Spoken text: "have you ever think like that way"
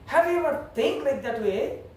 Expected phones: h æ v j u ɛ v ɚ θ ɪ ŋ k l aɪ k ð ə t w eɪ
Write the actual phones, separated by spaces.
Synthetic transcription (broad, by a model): h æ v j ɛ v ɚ t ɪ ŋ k l aɪ k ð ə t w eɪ